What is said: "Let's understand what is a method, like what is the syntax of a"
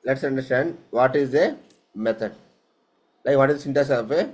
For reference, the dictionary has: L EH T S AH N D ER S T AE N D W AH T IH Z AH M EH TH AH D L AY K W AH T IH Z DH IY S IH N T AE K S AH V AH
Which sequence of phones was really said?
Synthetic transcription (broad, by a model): L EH T S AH N D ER S T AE N D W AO T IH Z AH M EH T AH D L AY K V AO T IH Z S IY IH N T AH S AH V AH